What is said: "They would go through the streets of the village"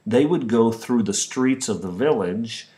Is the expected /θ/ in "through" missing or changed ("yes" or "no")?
no